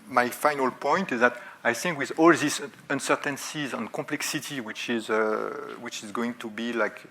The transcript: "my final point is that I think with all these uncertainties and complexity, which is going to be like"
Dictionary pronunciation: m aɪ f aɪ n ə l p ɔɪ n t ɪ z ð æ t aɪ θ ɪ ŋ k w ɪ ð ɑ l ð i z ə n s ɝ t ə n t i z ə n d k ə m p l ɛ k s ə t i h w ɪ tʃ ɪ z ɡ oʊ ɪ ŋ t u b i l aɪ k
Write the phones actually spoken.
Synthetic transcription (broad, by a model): m aɪ f aɪ n ə l p ɔɪ n t ɪ z ð æ t aɪ θ ɪ ŋ k w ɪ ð ɑ l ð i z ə n s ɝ t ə n s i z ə n k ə p l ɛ k s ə t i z w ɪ tʃ ɪ z ɡ oʊ ɪ ŋ t u b i l aɪ k